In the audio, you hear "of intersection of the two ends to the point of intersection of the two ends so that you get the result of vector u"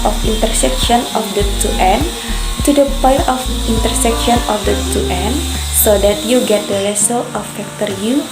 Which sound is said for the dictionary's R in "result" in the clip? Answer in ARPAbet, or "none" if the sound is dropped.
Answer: L